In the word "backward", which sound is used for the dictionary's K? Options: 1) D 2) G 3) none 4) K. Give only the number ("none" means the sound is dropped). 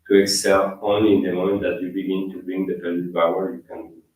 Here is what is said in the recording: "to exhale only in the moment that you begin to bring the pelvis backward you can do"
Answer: 3